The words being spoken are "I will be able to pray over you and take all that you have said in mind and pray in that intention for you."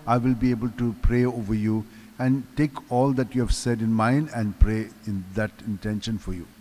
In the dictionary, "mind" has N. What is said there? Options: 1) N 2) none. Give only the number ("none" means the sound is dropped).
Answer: 1